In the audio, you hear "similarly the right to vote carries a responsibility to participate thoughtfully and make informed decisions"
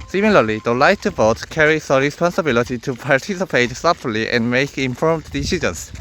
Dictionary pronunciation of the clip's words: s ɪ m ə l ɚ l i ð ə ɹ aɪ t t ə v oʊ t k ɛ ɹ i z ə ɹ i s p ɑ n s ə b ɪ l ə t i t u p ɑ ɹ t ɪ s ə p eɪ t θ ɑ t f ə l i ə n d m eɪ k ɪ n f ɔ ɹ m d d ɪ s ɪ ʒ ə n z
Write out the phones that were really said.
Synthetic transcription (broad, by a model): s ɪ m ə l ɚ l i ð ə l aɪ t t ə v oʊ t k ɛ ɹ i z ə ɹ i s p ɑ n s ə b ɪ l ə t i t u p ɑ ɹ t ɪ s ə p eɪ t s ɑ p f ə l i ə n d m eɪ k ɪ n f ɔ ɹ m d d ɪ s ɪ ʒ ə n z